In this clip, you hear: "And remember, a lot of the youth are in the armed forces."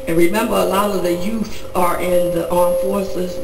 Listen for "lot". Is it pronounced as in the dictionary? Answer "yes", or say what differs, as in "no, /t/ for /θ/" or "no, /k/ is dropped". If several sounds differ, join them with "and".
yes